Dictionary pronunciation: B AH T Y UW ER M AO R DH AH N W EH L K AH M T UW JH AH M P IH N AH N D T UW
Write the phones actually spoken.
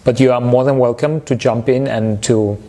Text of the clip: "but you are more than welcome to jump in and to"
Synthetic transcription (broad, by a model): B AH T Y UW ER M AO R DH AH N W EH L K AH M T UW JH AH M P IH N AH N T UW